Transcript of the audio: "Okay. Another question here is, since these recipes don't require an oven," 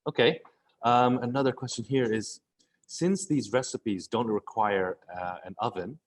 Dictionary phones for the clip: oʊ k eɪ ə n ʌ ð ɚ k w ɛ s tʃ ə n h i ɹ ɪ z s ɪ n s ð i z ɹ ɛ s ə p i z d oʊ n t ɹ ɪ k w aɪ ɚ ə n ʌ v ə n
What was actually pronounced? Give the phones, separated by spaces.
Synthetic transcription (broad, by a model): oʊ k eɪ ə n ʌ ð ɚ k w ɛ s tʃ ə n h i ɹ ɪ z s ɪ n s ð i z ɹ ɛ s ə p i z d oʊ n t ɹ ɪ k w aɪ ɚ ə n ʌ v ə n